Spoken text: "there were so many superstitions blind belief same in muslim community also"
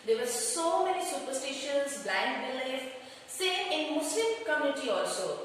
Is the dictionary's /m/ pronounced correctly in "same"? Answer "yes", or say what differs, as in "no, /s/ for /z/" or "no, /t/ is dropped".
no, /m/ is dropped